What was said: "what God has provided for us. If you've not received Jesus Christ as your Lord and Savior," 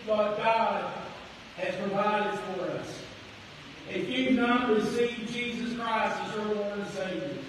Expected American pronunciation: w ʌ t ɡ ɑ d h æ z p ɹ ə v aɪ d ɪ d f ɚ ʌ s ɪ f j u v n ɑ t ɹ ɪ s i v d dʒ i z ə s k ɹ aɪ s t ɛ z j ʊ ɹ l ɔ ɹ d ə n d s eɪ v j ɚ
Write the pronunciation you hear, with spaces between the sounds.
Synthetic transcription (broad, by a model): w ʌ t ɡ ɑ d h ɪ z p ɹ ə v aɪ d ɪ d f ɚ ʌ s ɪ f j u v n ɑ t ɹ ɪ s i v dʒ i z ə s k ɹ aɪ s t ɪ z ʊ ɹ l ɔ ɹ ə s eɪ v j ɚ